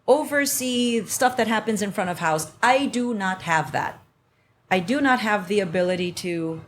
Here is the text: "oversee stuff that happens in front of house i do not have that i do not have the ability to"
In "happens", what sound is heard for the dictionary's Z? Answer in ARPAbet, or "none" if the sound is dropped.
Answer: Z